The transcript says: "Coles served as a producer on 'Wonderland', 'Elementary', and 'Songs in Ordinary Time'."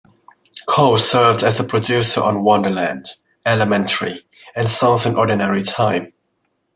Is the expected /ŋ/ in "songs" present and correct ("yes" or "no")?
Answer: no